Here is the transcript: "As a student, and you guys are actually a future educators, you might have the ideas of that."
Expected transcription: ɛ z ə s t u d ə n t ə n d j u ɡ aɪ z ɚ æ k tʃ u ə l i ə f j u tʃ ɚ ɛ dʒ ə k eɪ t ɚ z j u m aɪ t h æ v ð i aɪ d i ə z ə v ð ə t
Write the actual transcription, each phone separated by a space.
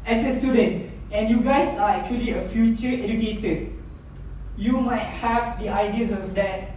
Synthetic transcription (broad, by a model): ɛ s ə s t u d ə n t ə n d j u ɡ aɪ s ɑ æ k tʃ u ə l i ə f j u tʃ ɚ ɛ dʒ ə k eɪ t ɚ s j u m aɪ t h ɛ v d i aɪ d i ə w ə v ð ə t